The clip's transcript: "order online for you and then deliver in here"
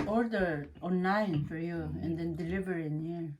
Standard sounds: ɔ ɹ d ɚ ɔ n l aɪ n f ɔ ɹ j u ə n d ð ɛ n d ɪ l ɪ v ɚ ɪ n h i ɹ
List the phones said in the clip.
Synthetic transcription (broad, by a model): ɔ ɹ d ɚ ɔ n aɪ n f ɔ ɹ j u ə n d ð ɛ n d ɪ l ɪ v ɚ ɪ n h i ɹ